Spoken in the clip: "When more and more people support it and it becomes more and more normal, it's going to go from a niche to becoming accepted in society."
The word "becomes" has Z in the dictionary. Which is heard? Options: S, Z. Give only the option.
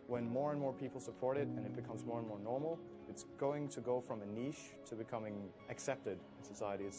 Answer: Z